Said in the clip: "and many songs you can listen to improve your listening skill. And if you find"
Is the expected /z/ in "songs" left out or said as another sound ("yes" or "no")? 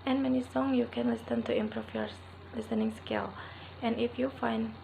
yes